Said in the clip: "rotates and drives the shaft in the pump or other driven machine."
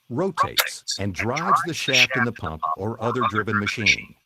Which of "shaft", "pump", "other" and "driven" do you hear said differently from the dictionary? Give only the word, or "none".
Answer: none